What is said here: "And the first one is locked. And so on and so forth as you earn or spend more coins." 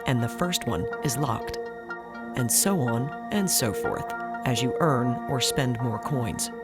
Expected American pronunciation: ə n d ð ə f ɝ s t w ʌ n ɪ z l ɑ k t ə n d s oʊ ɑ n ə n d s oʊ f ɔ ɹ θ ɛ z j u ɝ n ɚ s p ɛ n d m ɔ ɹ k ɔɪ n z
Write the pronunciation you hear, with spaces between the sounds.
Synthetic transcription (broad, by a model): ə n ð ə f ɝ s t w ʌ n ɪ z l ɑ k t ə n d s oʊ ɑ n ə n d s oʊ f ɔ ɹ θ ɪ z j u ɝ n ɚ s p ɛ n d m ɔ ɹ k ɔɪ n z